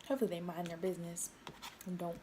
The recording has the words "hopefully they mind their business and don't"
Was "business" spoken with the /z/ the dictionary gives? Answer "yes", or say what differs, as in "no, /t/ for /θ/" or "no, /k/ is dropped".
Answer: yes